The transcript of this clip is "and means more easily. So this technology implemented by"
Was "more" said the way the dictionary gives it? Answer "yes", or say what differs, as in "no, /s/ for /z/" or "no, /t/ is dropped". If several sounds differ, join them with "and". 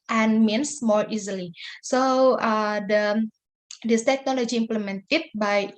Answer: yes